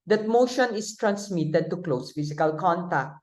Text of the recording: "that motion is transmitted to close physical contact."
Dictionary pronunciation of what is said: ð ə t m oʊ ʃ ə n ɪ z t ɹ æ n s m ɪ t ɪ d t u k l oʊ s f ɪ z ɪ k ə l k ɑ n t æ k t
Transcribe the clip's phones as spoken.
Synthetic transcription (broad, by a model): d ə t m oʊ ʃ ə n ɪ s t ɹ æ n s m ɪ t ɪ d t u k l oʊ s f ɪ s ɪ k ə l k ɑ n t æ k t